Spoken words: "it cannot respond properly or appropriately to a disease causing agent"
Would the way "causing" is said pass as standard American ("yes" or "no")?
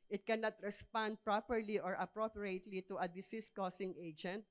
no